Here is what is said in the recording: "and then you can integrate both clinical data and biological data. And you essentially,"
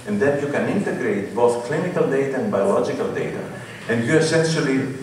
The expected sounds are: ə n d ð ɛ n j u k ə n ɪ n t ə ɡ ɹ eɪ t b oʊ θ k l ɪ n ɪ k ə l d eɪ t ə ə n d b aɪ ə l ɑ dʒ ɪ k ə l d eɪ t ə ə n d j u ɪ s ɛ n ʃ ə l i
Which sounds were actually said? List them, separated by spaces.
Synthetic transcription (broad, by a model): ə n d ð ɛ n j u k ə n ɪ n t ə ɡ ɹ eɪ t b oʊ θ k l ɪ n ɪ k ə l d eɪ t ə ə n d b aɪ ə l ɑ dʒ ɪ k ə l d eɪ t ə ə n d j u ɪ s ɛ n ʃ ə l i